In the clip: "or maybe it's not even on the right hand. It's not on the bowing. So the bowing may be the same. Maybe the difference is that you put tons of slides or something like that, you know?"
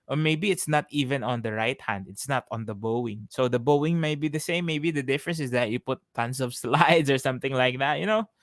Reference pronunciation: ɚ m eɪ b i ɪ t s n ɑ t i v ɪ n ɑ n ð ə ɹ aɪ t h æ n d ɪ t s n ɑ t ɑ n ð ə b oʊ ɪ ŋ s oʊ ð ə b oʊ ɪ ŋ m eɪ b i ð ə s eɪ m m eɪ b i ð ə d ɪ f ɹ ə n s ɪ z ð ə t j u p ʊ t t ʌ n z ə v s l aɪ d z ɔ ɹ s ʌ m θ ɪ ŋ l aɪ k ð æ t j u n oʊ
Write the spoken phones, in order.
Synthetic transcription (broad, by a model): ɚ m eɪ b i ɪ t s n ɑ t i v ɪ n ɑ n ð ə ɹ aɪ t h æ n d ɪ t s n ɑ t ɑ n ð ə b oʊ ɪ ŋ s oʊ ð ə b oʊ ɪ ŋ m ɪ b i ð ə s eɪ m m eɪ b i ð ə d ɪ f ɹ ə n s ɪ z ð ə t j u p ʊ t t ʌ n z ə v s l aɪ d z ɔ ɹ s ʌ m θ ɪ ŋ l aɪ k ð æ t j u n oʊ